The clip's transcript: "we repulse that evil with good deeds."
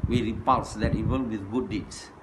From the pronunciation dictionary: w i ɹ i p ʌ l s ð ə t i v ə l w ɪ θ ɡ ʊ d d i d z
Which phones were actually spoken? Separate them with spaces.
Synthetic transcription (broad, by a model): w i ɹ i p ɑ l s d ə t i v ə n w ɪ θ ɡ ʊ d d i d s